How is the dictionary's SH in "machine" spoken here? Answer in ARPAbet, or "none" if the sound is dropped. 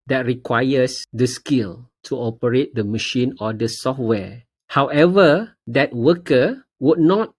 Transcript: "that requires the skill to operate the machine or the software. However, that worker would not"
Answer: SH